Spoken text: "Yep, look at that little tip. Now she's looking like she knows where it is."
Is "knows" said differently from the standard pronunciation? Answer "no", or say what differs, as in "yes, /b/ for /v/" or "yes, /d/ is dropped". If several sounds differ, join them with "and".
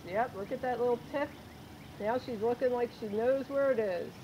no